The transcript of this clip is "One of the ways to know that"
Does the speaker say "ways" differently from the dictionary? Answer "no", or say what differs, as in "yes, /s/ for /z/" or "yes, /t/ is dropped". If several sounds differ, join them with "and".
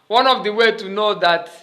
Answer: yes, /z/ is dropped